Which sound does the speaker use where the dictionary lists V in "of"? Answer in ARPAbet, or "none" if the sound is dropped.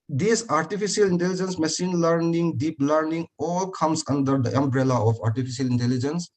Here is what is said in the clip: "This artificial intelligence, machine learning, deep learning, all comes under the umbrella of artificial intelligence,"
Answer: P